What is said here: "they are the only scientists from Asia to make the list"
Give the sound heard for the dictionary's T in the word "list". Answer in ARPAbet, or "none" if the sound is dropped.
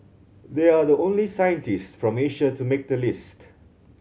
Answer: T